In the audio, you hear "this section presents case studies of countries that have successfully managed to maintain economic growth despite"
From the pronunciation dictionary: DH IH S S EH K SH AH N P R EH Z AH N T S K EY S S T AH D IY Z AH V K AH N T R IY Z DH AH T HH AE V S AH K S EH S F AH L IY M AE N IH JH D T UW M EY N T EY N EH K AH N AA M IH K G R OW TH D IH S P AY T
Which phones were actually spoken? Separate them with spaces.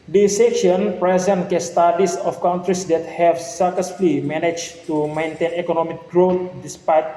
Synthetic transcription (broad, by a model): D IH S S EH K SH AH N P R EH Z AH N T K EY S S T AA D IY S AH F K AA N T R IY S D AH T HH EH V S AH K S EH S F L IY M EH N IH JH T UW M EY N T EY N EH K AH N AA M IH K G R OW T D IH S P AY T